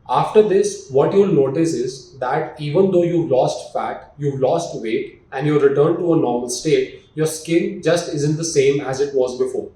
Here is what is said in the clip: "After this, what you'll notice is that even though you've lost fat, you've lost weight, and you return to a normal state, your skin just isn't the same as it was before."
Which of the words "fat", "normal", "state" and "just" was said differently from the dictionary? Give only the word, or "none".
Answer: none